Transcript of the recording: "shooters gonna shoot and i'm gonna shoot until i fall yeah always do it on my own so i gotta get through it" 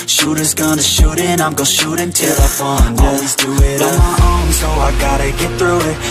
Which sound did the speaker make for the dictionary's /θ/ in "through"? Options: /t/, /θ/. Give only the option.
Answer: /θ/